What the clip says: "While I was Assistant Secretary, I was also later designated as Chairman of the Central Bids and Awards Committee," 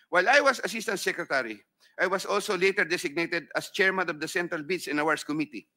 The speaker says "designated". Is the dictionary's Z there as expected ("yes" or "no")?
no